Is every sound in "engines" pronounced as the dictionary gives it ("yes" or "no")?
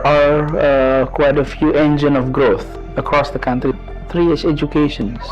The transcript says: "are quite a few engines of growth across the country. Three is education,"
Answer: no